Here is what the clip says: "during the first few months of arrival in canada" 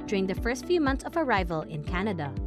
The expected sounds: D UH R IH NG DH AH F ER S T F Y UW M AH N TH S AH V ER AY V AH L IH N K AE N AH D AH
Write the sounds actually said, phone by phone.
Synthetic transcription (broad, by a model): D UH R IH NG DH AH F ER S T F Y UW M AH N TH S AH V ER AY V AH L IH N K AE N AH D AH